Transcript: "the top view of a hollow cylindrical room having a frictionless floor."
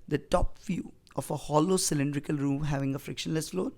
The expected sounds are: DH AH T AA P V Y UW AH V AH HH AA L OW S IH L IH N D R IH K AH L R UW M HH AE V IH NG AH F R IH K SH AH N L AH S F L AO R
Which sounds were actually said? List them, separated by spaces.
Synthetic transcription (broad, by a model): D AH T AA P F Y UW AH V AH HH AA L OW S IH L IH N D R IH K AH L R UW M HH AE V IH NG AH F R IH K SH AH N L AH S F L AO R